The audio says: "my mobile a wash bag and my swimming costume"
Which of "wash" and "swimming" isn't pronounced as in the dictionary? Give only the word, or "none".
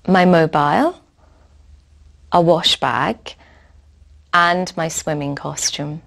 none